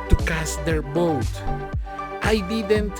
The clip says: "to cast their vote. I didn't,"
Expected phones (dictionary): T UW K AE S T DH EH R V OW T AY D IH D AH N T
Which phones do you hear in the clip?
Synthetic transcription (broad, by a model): T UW K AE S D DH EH R B OW T AY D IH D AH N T